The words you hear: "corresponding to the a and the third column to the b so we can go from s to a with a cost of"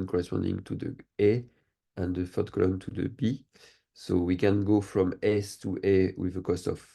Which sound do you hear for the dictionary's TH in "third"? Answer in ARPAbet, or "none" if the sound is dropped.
F